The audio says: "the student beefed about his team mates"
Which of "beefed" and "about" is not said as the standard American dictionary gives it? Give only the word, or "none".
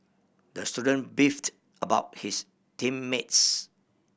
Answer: none